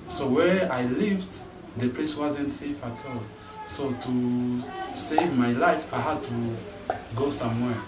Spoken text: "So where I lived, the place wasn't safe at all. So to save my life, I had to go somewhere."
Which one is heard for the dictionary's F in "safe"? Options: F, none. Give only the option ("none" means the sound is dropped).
F